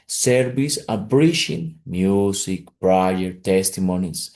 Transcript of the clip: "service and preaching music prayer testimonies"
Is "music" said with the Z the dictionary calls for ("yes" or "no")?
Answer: no